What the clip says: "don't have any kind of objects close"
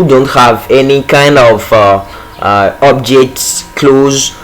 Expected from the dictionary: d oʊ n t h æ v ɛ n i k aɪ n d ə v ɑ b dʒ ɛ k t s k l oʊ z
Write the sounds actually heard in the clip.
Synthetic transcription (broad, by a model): d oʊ n t h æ v ɛ n i k aɪ n d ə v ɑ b dʒ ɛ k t s k l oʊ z